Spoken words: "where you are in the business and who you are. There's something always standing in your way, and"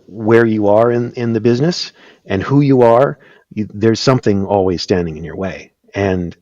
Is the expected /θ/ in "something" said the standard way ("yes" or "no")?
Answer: yes